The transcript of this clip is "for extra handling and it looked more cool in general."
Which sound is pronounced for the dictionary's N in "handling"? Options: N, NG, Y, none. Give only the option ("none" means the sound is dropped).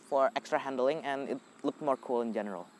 N